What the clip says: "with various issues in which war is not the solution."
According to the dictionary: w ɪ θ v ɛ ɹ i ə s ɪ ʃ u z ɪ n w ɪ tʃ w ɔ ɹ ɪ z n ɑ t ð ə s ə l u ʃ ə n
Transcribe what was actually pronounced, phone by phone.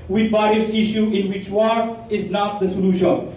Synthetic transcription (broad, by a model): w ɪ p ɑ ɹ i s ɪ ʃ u ɪ n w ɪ tʃ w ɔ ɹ ɪ z n ɑ t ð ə s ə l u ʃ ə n